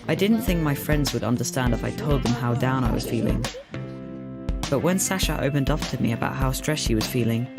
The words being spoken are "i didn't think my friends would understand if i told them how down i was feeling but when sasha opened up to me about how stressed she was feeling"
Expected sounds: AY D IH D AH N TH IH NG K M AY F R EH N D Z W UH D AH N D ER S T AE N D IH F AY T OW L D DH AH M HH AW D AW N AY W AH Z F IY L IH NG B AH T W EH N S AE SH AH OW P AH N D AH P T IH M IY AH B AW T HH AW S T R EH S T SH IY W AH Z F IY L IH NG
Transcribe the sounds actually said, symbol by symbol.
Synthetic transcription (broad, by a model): AY D IH D N TH IH NG K M AY F R EH N D Z W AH D AH N D ER S T AE N D IH F AY T OW L D DH AH M HH AW D AW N AY W AH Z F IY L IH NG B AH T W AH N S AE SH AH OW P AH N D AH F T IH M IY AH B AW T HH AW S T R EH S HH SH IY W AH Z F IY L IH NG